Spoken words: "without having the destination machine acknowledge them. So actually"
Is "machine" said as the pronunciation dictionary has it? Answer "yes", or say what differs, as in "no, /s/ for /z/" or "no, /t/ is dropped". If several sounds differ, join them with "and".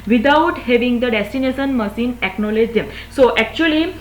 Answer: no, /s/ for /ʃ/